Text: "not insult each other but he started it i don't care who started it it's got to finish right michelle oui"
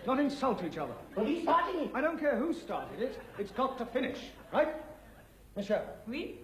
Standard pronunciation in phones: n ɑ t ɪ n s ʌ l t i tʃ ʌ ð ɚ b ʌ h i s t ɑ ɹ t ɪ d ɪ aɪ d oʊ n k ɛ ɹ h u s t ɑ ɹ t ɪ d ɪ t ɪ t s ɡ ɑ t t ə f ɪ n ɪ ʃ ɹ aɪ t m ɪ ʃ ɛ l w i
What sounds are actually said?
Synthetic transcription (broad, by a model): n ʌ t ɪ n s ʌ l t i tʃ ʌ ð ɚ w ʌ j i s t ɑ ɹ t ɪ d ɪ aɪ d oʊ n k ɛ ɹ h u s t ɑ ɹ t ɪ d ɪ t ɪ t s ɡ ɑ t t ə f ɪ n ɪ ʃ ɹ aɪ t m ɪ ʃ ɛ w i